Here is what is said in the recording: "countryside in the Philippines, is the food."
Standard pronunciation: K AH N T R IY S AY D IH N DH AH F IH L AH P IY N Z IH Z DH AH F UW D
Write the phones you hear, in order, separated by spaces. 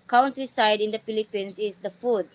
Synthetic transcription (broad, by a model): K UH N T R IY S AY D IH N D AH F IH L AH P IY N S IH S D AH F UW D